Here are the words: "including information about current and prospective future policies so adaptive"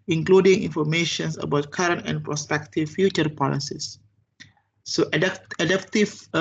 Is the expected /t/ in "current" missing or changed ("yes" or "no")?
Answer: no